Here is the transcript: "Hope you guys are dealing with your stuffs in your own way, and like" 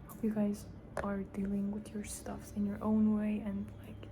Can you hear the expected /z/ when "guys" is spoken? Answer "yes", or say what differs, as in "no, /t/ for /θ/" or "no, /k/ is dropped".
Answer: yes